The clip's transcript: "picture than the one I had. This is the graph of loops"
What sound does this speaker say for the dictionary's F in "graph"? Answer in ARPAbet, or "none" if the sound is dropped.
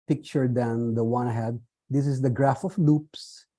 F